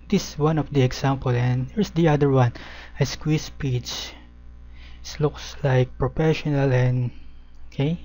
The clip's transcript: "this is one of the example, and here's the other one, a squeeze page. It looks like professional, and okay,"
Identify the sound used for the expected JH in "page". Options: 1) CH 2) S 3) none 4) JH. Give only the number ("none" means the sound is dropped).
1